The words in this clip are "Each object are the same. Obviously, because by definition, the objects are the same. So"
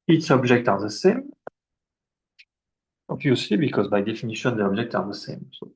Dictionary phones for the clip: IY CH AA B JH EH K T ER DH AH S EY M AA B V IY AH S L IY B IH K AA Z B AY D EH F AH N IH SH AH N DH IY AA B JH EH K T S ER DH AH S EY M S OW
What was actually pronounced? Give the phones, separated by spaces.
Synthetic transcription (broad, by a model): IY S AA B JH EH K T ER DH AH S EY M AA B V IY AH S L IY B IH K AA Z B AY D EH F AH N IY SH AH N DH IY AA B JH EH K T AA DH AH S EY M S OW